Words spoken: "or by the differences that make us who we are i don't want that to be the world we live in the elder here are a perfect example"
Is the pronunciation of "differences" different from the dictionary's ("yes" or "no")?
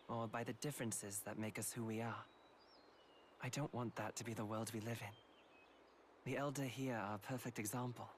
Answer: no